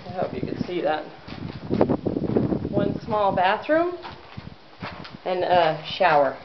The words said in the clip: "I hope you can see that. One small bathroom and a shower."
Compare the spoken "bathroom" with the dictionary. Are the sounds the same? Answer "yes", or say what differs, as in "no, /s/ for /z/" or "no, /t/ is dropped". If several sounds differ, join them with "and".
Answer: yes